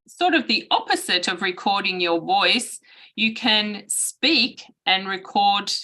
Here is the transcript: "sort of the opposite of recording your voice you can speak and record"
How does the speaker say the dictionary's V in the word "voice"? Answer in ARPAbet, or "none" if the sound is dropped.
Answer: V